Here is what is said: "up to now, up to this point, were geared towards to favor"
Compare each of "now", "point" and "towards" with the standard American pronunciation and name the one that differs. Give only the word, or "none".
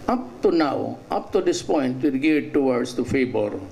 towards